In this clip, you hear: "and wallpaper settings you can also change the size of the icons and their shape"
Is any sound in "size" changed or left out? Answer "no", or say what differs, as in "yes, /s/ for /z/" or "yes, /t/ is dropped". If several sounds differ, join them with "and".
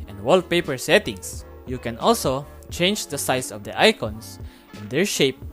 yes, /s/ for /z/